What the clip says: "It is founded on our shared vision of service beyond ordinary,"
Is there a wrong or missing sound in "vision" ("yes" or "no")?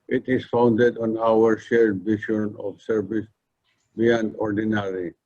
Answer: yes